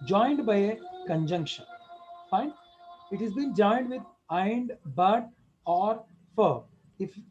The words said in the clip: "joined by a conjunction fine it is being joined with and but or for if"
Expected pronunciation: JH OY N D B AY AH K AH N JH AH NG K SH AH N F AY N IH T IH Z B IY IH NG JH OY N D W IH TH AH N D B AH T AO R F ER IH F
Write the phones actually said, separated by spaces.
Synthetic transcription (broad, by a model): JH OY N D B AY AH K AH N JH AH NG K SH AH N F AY N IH T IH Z B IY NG JH OY N D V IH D AH N D B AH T AO R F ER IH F